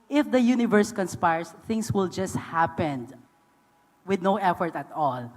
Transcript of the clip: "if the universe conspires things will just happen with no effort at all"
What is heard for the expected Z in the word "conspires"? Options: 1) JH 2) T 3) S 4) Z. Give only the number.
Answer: 3